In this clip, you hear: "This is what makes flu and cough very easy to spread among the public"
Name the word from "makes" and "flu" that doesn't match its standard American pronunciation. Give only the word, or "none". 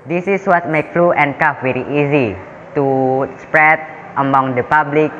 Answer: makes